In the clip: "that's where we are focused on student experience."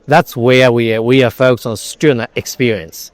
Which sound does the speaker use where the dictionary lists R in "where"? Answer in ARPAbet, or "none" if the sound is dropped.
W